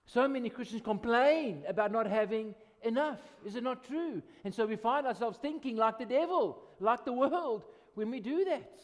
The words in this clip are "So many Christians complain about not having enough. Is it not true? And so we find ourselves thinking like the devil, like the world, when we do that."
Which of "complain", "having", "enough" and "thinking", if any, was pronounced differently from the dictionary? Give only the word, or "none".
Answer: none